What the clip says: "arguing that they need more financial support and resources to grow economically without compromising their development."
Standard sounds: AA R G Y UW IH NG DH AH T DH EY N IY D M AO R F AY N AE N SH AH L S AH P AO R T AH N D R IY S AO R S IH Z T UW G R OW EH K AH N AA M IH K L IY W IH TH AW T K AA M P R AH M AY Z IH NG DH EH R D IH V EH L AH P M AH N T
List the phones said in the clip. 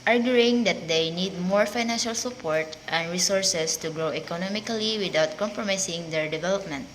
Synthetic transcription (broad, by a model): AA R G Y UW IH NG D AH T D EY N IY D M AO R F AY N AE N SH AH L S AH P AO R T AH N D R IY S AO R S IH S T UW G R OW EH K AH N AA M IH K L IY W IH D AW T K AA M P R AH M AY S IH NG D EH R D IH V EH L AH P M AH N T